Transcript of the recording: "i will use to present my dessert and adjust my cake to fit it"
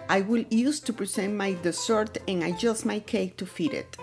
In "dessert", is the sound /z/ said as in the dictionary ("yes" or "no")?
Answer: no